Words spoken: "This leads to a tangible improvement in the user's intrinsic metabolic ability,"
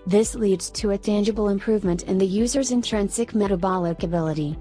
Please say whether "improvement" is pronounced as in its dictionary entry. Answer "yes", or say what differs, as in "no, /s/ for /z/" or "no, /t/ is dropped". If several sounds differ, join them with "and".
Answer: yes